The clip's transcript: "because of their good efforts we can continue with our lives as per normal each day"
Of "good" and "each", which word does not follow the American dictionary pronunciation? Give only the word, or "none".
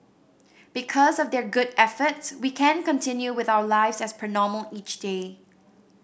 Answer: none